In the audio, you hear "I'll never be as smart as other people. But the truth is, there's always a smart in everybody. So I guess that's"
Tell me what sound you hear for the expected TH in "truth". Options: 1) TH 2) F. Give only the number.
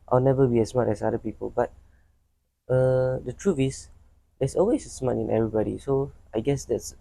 2